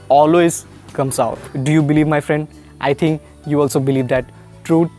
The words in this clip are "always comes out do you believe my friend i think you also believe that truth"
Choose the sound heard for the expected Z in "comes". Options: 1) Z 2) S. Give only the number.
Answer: 2